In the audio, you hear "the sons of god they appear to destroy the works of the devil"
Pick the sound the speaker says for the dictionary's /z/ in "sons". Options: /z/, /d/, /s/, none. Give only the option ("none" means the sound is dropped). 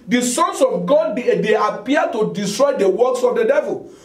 /s/